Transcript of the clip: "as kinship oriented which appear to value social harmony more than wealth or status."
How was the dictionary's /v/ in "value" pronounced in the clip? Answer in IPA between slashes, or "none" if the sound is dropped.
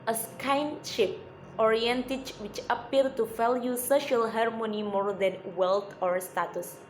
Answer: /f/